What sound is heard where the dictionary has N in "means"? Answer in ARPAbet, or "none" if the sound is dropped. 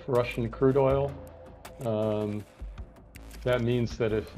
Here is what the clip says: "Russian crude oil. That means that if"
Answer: N